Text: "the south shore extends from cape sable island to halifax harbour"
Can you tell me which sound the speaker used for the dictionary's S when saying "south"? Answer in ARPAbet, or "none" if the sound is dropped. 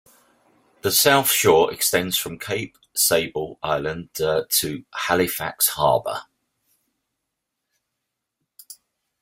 S